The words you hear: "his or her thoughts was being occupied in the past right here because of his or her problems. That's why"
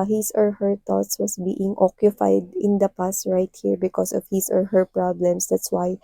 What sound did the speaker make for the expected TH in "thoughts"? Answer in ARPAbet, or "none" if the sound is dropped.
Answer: T